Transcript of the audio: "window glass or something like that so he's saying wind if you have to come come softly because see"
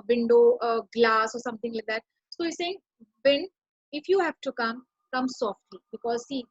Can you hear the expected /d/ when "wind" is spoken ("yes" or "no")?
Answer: no